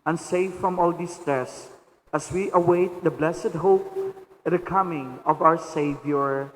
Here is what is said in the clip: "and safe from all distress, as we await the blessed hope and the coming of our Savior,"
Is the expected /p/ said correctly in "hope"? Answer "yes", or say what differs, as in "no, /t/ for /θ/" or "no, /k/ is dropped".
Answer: no, /p/ is dropped